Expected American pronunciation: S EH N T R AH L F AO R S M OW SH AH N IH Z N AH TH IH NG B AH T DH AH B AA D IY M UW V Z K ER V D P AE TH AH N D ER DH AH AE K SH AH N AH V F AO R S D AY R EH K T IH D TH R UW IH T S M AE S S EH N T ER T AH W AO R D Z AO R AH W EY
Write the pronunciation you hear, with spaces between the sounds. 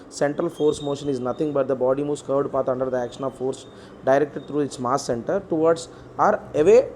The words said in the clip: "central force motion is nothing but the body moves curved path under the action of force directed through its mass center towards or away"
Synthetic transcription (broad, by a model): S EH N T R AH L F AO R S M OW SH AH N IH Z N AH T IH NG B AH T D AH B AA D IY M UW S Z K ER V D P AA T AH N D ER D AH AE K SH AH N AH V F AO R S D AY R EH K T IH D T R UW IH T S M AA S S EH N T ER T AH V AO R D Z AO R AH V EY